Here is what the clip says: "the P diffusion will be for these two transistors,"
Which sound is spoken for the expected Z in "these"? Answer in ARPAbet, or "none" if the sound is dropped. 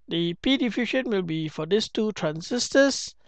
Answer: S